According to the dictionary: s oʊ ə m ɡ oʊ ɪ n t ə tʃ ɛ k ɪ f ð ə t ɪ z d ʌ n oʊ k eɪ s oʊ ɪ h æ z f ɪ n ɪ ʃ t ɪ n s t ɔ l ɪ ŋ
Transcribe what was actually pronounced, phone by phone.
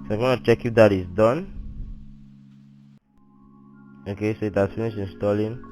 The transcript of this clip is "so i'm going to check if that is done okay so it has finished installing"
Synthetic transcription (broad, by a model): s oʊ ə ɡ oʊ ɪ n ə tʃ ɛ k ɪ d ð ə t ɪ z d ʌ n oʊ k eɪ s oʊ ɪ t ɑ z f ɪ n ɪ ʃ ɪ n s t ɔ l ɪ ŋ